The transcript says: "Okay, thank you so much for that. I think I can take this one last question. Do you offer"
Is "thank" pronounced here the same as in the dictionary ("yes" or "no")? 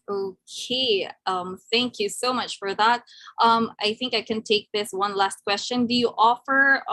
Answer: yes